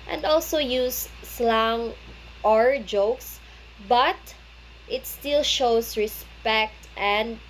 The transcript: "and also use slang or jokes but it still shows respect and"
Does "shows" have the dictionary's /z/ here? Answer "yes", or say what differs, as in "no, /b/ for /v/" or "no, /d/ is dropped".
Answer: no, /s/ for /z/